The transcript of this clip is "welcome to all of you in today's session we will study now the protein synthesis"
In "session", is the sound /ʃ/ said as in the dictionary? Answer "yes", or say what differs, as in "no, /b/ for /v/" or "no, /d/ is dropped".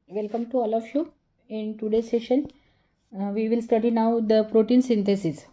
yes